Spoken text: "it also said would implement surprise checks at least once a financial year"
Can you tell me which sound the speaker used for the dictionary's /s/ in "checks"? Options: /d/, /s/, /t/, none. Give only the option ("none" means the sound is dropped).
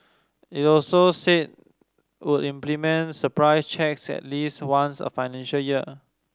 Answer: /s/